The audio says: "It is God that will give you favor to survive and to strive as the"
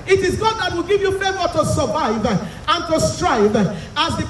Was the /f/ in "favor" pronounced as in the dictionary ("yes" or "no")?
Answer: no